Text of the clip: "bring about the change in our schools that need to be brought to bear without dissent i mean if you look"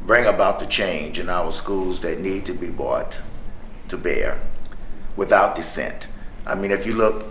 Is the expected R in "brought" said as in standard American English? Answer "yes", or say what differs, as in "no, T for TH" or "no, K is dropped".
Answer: no, R is dropped